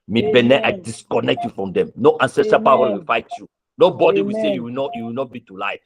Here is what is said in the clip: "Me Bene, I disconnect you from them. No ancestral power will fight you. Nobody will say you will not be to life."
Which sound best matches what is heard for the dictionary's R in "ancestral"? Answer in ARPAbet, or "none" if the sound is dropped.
none